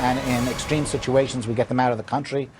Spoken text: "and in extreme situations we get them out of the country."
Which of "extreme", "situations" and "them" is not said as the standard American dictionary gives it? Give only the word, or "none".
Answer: none